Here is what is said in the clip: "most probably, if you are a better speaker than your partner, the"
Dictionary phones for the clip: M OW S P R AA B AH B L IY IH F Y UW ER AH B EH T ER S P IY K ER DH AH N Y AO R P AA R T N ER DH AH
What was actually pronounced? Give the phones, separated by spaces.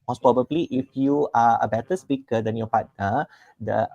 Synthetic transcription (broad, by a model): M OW S P R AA B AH B L IY IH F Y UW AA AH B EH T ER S P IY K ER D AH N Y AO P AA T ER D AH